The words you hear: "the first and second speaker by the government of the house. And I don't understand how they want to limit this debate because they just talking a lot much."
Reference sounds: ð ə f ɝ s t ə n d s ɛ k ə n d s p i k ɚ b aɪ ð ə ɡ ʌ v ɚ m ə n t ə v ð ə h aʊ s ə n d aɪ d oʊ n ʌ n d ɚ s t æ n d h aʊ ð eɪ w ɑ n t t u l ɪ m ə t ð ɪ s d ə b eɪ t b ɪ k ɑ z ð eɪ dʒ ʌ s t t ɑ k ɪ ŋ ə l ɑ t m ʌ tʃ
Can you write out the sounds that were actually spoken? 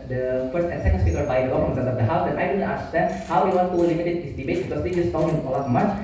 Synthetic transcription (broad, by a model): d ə f ɝ s t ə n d s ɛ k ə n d s p i k ɚ b aɪ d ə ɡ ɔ f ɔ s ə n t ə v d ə h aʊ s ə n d aɪ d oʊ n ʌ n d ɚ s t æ n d h aʊ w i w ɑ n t t u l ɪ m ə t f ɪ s d ə b eɪ t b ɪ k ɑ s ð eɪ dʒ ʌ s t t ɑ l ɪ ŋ ə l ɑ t m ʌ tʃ